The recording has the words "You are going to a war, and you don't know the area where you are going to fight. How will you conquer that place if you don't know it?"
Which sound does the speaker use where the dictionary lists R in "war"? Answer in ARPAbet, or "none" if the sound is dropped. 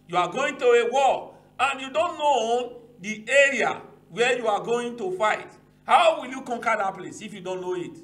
L